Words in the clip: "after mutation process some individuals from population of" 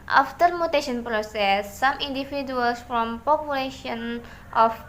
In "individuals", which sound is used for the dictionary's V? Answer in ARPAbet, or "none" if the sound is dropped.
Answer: F